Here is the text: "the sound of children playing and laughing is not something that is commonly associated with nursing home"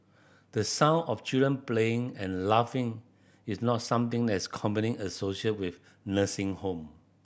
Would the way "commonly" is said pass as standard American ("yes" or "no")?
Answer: no